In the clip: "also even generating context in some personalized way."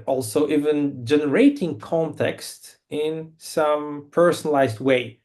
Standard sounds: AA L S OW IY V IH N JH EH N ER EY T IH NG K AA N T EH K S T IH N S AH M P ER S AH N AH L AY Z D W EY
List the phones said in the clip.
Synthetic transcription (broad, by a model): AA L S OW IY V IH N JH EH N ER EY T IH NG K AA N T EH K S T IH N S AH M P ER S AH N AH L AY Z D W EY